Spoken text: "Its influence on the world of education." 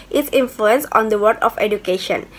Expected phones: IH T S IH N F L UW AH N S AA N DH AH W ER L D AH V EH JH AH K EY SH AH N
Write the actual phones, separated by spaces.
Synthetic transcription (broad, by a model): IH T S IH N F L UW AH N S AA N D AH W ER D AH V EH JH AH K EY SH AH N